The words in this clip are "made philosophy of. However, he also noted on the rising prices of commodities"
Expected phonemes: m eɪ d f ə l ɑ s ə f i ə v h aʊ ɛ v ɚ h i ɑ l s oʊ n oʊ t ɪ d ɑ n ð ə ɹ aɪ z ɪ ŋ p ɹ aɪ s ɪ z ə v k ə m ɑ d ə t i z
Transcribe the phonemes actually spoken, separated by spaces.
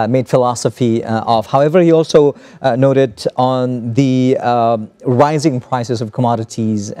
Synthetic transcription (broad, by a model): m eɪ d f ə l ɑ s ə f i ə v h aʊ ɛ v ɚ h i ɑ l s oʊ n oʊ t ɪ d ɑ n ð ə ɹ aɪ z ɪ ŋ p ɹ aɪ s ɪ s ə v k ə m ɑ d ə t i z